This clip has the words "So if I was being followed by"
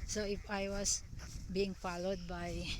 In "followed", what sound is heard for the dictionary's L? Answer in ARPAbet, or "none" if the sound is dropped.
L